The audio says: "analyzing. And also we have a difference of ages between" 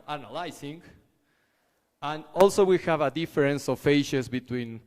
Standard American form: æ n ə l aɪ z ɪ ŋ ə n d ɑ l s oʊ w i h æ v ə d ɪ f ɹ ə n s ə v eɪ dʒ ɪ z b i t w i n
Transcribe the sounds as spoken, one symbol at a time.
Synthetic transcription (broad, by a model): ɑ n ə l aɪ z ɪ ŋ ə n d ɑ l s oʊ w i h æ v ə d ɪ f ɹ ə n s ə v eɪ ʃ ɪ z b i t w i n